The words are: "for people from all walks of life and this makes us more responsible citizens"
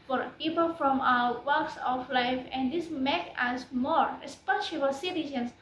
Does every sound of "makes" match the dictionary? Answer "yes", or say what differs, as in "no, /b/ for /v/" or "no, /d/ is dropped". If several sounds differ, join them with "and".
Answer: no, /s/ is dropped